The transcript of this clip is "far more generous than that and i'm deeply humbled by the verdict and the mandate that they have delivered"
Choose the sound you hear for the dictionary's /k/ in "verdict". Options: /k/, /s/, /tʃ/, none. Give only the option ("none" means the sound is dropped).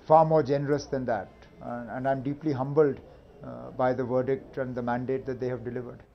/k/